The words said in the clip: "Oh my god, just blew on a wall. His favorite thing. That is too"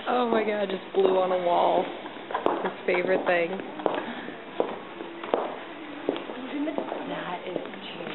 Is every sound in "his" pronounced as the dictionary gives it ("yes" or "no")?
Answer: no